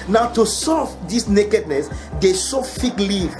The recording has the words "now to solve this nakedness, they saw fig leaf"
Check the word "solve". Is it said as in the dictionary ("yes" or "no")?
no